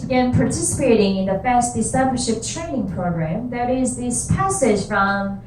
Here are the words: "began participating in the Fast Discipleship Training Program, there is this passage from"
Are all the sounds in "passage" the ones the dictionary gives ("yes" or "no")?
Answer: no